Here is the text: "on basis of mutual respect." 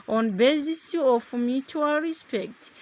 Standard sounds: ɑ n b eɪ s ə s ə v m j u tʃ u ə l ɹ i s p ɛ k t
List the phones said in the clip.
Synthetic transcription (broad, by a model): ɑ n b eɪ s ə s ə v m j u tʃ u ə l ɹ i s p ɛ k t